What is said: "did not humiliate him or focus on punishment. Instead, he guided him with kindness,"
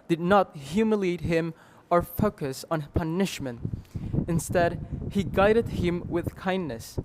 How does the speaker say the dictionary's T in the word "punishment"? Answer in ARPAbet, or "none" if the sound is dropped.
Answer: T